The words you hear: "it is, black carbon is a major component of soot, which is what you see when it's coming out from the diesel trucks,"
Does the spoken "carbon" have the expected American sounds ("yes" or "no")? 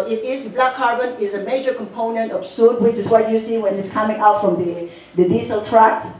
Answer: yes